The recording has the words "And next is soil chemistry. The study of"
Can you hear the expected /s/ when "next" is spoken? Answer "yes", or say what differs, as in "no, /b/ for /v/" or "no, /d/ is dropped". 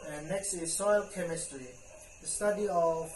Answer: yes